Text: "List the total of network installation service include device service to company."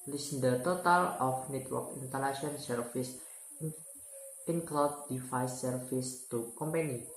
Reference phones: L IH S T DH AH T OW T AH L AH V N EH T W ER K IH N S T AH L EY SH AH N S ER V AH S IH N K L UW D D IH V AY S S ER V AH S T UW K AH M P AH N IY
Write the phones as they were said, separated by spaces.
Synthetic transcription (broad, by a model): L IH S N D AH T OW T AH L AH F N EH T W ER K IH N T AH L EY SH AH N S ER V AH S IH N K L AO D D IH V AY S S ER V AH S T UW K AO M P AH N IY